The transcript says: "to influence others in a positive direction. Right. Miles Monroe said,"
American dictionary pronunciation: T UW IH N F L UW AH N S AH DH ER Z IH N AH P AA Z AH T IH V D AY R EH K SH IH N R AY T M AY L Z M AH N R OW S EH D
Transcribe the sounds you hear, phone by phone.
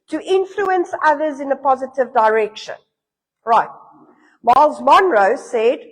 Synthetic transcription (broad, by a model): T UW IH N F L UW AH N S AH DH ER Z IH N AH P AA Z AH T IH V D AY R EH K SH IH N R AY T M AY L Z M AH N R OW S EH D